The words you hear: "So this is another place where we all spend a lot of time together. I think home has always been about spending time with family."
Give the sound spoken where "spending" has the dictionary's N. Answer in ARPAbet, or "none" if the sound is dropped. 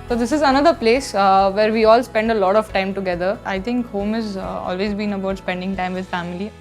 N